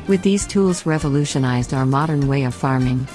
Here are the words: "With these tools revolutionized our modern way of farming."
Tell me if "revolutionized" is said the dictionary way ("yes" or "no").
yes